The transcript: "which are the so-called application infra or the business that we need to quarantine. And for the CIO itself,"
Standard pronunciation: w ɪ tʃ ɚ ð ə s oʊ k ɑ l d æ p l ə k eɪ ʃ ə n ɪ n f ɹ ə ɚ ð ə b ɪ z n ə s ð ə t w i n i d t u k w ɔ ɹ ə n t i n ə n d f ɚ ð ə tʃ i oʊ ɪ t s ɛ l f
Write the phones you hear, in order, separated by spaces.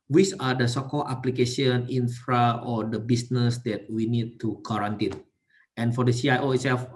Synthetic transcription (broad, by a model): w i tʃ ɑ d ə s oʊ k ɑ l ɑ p l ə k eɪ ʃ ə n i n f ɹ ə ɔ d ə b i s n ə s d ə t w i n i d t u k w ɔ ɹ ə n t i n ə n f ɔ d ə s i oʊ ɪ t s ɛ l f